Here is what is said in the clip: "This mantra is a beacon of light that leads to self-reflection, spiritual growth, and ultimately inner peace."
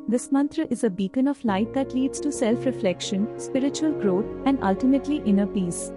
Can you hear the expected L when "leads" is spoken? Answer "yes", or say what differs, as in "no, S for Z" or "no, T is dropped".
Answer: yes